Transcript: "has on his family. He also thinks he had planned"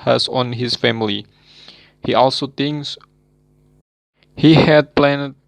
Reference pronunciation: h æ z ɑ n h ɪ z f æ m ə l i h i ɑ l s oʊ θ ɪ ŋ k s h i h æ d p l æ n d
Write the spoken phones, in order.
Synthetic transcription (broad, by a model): h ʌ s ɑ n h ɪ s f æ m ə l i h i ɑ l s oʊ t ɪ ŋ s h i h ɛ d p l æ n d